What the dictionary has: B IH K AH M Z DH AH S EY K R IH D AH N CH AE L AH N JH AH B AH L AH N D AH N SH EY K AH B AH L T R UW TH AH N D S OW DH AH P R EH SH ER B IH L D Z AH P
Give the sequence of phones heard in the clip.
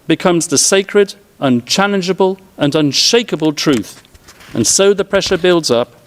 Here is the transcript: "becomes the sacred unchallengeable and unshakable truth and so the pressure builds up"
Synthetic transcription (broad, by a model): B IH K AH M Z DH AH S EY K R IH D AH N CH AE L AH N JH AH B AH L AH N AH N SH EY K AH B AH L T R UW TH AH N S OW DH AH P R EH SH ER B IH L D Z AH P